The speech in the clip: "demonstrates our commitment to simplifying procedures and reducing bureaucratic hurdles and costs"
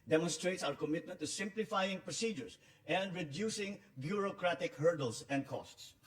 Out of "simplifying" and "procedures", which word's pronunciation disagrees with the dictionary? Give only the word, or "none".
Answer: procedures